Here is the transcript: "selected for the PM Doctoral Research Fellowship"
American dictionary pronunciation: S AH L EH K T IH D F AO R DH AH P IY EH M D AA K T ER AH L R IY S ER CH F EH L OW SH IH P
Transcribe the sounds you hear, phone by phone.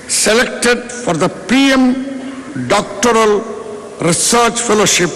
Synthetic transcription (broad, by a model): S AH L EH K T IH D F AO R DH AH P IY EH M D AA K T ER AH L R IY S ER CH F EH L OW SH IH P